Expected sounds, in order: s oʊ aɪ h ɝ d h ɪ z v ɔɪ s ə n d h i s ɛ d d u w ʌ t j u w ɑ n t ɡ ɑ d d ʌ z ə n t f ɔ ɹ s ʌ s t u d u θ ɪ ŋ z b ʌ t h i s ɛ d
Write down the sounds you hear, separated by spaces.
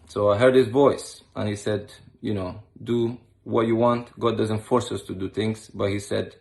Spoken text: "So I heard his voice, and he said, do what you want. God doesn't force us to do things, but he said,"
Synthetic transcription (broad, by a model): s oʊ aɪ h ɝ d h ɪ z v ɔɪ s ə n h i s ɛ d d u w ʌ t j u w ɑ n t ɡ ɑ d d ʌ z ə n t f ɔ ɹ s ʌ s t u d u θ ɪ ŋ z b ʌ t h i s ɛ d